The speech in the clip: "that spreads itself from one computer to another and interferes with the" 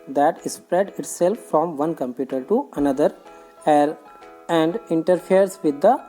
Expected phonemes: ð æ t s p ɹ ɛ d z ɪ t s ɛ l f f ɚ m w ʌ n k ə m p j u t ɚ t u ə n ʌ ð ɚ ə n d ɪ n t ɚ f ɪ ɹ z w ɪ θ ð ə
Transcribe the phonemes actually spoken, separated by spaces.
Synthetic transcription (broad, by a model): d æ t s p ɹ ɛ d ɪ t s ɛ l f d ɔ m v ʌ n k ə m p j u t ɚ t u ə n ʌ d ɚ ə n d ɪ n t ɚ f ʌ ɹ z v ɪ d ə